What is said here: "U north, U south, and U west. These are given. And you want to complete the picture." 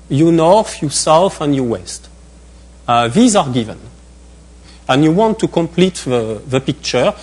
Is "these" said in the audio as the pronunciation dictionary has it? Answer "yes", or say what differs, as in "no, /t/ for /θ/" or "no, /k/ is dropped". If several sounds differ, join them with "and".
yes